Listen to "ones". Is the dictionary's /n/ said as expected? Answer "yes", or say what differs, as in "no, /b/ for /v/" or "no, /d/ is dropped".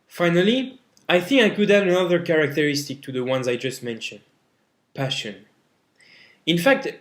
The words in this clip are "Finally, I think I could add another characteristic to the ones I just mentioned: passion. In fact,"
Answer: yes